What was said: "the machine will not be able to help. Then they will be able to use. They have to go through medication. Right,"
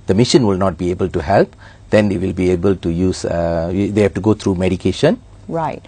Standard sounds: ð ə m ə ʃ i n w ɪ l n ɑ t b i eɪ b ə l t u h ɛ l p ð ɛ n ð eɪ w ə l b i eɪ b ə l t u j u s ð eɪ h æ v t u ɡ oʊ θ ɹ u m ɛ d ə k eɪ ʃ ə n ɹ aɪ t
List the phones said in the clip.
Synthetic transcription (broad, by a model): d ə m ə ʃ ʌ n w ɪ l n ɑ t b i eɪ b ə l t u h ɛ l p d ɛ n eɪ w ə l b i eɪ b ə l t u j u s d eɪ h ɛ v t u ɡ oʊ t ɹ u m ɛ d ə k eɪ ʃ ə n ɹ aɪ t